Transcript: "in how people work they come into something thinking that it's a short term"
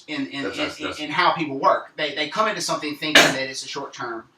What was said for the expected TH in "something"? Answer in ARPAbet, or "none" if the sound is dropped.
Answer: TH